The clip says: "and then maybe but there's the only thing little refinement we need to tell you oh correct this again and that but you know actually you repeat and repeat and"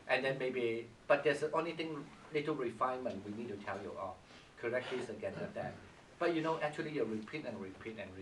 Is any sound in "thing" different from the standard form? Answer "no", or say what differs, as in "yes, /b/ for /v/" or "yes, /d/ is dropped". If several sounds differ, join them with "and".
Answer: yes, /t/ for /θ/